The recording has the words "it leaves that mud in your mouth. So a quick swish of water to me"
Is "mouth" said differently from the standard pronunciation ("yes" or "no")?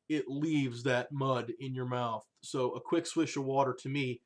no